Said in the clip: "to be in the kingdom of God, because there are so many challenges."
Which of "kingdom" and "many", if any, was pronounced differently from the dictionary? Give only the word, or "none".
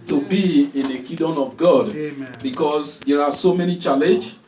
kingdom